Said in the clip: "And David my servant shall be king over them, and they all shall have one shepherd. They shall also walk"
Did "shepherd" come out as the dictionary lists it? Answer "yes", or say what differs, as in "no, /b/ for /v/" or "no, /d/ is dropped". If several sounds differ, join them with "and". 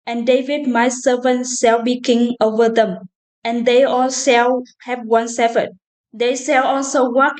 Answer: no, /s/ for /ʃ/ and /f/ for /p/